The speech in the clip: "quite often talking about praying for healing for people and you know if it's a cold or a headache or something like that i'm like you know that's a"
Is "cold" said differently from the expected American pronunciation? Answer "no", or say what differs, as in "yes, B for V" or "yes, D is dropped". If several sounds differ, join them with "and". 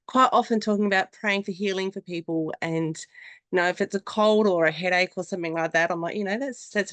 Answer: no